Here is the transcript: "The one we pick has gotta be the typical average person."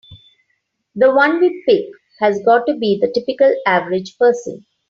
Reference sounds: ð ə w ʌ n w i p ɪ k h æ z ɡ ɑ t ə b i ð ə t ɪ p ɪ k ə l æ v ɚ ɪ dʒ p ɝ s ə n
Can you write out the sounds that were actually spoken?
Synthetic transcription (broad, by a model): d ə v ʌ n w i p ɪ k h æ z ɡ ɑ t ə b i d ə t ɪ p ɪ k ə l æ v ɚ ɪ dʒ p ɝ s ə n